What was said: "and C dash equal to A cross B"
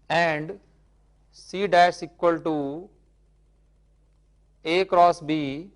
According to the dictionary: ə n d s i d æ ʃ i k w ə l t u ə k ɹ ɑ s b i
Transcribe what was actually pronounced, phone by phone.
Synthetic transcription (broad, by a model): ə n d s i d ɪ s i k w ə l t u ə k ɹ ɑ s b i